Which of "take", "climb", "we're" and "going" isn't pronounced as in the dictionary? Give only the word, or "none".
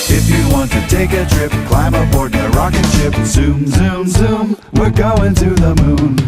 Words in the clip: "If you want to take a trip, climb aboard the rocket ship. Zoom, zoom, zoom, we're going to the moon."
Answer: we're